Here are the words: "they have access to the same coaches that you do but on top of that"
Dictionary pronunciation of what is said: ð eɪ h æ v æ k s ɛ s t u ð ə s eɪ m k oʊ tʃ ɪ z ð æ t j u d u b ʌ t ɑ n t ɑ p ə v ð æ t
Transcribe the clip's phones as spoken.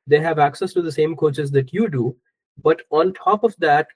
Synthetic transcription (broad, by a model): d eɪ h æ v æ k s ɛ s t u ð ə s eɪ m k oʊ tʃ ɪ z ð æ t j u d u b ʌ t ɑ n t ɑ p ə v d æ t